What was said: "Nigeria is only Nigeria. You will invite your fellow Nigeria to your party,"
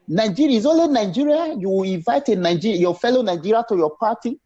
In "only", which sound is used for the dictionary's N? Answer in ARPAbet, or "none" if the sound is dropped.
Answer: none